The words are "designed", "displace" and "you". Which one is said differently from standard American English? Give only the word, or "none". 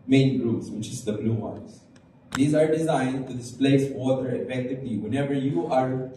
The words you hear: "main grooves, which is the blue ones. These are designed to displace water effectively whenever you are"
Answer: none